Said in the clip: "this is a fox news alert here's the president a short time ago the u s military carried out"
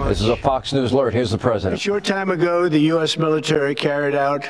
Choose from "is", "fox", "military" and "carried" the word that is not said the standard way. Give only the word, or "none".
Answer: none